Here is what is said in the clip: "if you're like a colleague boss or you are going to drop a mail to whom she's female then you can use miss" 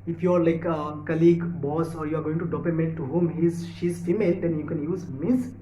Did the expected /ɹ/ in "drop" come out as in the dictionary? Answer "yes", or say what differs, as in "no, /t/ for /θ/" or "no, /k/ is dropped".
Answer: no, /ɹ/ is dropped